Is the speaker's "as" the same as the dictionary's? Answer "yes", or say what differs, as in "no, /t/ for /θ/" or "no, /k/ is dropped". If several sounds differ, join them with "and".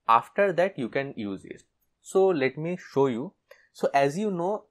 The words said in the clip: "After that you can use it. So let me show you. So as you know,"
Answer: yes